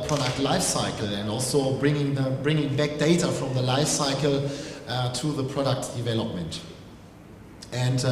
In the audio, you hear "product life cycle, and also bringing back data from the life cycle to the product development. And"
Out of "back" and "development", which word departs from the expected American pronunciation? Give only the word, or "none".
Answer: none